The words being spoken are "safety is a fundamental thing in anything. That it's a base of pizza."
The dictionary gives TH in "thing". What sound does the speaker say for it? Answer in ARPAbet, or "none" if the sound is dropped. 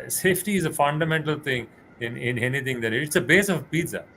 T